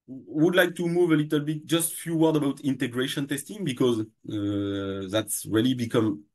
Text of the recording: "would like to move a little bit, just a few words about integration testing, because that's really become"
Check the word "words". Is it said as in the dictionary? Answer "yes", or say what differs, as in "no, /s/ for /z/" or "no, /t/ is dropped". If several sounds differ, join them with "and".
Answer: no, /z/ is dropped